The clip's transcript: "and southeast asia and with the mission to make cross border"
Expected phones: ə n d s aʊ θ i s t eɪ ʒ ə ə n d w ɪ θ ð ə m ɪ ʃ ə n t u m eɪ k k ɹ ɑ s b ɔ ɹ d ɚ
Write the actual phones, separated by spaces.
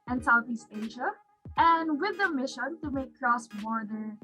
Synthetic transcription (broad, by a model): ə n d s aʊ θ i s t eɪ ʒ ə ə n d w ɪ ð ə m ɪ ʃ ə n t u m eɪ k k ɹ ɑ s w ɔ ɹ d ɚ